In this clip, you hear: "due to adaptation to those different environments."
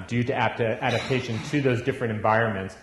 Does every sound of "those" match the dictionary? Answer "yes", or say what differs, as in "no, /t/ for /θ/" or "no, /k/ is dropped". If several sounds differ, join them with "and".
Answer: yes